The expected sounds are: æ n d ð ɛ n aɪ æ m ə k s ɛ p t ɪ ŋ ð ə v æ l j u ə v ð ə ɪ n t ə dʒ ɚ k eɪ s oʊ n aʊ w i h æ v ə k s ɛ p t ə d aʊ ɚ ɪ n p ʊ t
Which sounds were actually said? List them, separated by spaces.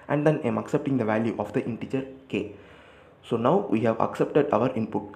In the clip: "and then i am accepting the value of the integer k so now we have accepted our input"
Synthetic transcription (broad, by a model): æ n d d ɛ n aɪ m ə k s ɛ p t ɪ ŋ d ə v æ l j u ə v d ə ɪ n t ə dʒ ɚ k eɪ s oʊ n aʊ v i h æ v ə k s ɛ p t ə d aʊ ɚ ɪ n p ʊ t